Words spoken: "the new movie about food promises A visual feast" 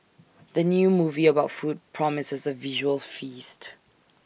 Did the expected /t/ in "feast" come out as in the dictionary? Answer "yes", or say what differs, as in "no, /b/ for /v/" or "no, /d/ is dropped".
yes